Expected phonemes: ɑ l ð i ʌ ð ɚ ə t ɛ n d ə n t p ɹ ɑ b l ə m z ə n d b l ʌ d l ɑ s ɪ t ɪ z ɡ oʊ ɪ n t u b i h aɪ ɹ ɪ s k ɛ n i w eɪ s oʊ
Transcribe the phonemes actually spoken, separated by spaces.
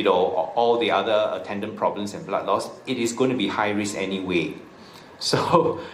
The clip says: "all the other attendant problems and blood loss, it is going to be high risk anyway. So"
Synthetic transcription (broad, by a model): ɑ l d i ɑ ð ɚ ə t ɛ n d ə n p ɹ ɑ b l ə m s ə n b l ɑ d l ɑ s ɪ t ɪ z ɡ oʊ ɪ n t u b i h aɪ ɹ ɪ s ɛ n i w eɪ s oʊ